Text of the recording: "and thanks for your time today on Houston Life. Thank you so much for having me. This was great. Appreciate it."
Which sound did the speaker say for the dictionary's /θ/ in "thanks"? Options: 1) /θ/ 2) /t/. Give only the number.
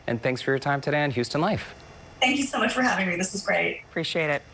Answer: 1